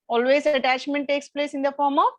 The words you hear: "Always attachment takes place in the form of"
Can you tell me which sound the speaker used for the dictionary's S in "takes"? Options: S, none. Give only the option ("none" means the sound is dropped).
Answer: S